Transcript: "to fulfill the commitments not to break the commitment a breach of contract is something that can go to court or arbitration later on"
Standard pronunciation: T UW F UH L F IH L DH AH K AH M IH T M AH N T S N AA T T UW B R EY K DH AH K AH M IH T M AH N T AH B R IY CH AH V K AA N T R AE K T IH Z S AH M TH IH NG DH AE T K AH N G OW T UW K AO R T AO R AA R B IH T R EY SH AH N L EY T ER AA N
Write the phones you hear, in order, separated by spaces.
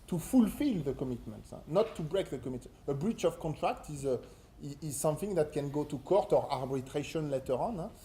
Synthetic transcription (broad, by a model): T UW F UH L F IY L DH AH K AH M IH T M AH N T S N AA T T UW B R EY K DH AH K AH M M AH T AH B R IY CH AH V K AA N T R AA K T IH Z S AH M TH IH NG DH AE T K AH N G OW T UW K AO R T AO R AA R B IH T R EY SH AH N L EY T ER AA N